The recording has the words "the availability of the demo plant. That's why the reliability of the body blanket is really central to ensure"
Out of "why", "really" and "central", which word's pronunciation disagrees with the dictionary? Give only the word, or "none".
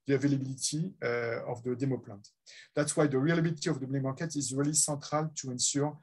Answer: central